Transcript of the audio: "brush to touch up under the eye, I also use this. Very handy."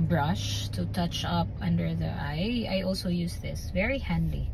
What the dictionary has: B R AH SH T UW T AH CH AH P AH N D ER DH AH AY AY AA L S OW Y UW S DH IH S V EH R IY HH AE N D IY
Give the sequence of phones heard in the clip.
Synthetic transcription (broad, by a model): B R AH SH T UW T AH CH AH P AH N D ER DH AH AY AY AA L S OW Y UW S DH IH S V EH R IY HH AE N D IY